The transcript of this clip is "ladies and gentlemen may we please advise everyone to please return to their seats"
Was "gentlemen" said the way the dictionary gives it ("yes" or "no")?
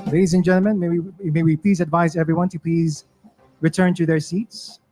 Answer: no